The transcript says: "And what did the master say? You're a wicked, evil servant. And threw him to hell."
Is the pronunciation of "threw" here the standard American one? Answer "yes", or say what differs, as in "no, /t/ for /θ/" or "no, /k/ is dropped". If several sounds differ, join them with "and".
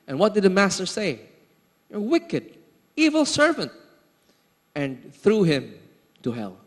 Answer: yes